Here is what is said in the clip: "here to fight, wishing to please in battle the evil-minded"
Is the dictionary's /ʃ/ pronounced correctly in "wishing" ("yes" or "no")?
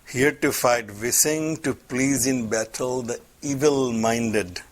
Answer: no